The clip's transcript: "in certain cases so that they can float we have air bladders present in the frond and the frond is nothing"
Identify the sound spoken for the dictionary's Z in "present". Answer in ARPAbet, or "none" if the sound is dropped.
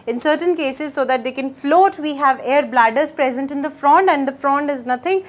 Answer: Z